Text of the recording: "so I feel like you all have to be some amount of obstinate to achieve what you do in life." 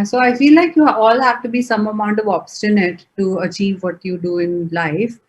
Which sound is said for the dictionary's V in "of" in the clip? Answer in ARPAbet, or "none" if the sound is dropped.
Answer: V